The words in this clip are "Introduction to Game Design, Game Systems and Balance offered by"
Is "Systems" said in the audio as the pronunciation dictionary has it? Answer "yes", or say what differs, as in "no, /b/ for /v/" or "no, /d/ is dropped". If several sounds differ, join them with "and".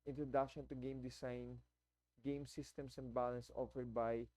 no, /s/ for /z/